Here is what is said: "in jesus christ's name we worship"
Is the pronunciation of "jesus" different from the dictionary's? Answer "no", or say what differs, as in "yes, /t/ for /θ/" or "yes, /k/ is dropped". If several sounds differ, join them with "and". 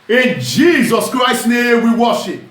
no